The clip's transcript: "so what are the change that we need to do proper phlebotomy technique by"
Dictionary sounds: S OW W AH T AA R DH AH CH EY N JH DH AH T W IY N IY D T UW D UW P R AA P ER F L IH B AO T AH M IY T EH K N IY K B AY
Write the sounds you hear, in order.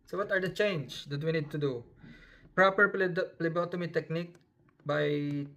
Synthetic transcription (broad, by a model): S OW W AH T AA R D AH CH EY N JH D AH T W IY N IY D T UW D UW P R AA P ER P L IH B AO T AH M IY T EH K N IY K B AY